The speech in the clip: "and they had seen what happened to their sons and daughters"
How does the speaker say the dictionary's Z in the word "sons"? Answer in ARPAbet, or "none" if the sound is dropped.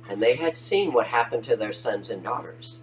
Z